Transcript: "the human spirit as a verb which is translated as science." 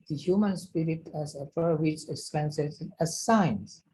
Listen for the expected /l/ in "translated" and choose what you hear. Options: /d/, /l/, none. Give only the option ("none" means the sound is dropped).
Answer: none